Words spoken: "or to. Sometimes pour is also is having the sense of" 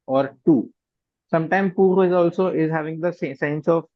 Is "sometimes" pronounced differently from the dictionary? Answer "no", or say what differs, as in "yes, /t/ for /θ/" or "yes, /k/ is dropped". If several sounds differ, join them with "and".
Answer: yes, /z/ is dropped